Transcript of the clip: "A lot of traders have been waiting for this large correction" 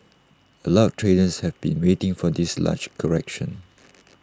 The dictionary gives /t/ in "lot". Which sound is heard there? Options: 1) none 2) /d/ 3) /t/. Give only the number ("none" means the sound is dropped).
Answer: 1